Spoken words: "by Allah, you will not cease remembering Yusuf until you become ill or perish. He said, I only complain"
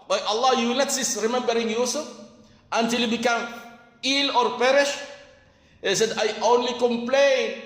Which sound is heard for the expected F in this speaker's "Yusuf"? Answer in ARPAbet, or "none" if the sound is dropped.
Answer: none